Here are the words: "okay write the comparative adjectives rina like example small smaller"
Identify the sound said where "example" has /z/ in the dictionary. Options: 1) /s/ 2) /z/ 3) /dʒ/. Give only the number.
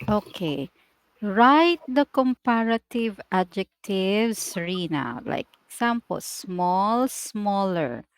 1